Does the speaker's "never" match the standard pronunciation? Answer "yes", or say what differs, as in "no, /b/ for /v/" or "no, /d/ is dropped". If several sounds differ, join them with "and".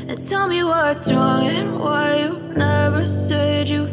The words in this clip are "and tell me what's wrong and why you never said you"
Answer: yes